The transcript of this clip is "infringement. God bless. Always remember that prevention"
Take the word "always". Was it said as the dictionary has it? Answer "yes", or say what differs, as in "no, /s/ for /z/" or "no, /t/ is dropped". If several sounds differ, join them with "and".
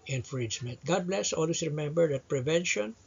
no, /s/ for /z/